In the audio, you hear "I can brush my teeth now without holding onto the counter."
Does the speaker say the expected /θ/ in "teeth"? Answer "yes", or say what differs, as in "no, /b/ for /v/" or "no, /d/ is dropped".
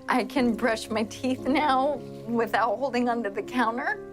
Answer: yes